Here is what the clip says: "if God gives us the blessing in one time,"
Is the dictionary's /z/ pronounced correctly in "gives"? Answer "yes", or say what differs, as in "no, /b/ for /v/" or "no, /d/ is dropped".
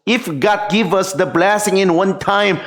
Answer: no, /z/ is dropped